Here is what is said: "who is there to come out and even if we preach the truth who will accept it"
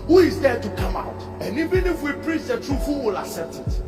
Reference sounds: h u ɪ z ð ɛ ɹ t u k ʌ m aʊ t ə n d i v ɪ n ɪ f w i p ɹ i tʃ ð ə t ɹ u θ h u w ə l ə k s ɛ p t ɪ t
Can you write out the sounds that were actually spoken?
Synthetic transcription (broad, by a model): h u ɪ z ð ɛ t u k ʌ m aʊ t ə n i v ɪ n ɪ f w i p ɹ i tʃ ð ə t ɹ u f h u w ə l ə s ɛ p t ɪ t